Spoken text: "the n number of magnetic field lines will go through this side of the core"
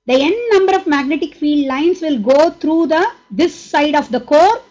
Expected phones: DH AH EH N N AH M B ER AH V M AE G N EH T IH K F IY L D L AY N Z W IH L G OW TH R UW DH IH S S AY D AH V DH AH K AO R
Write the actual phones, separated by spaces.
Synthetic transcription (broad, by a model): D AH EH N N AH M B ER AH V M AE G N EH T IH K F IY L D L AY N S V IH L G OW T R UW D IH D S AY D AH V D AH K AO R